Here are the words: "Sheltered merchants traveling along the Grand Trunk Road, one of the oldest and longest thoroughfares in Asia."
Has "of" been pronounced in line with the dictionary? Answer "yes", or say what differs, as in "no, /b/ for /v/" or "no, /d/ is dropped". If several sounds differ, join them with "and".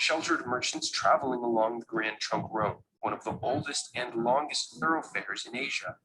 yes